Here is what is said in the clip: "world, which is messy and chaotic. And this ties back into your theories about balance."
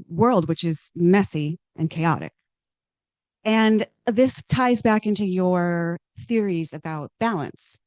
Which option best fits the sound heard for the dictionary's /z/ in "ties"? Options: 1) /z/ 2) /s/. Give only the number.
1